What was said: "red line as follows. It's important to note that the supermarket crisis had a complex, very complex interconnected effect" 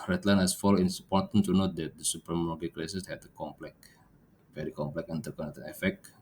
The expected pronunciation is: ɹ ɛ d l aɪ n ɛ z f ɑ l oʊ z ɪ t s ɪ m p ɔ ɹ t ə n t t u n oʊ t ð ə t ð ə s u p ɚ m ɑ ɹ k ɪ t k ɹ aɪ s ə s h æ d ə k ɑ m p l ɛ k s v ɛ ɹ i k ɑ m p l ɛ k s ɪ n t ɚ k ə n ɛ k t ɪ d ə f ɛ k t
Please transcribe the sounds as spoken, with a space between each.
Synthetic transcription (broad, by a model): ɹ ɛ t l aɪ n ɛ s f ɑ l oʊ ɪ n s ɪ p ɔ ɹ t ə n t t u n oʊ t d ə t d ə s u p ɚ m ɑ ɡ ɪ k l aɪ s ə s h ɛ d ə k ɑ m p l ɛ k v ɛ ɹ i k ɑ m p l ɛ k ɪ n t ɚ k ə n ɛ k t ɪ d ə f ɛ k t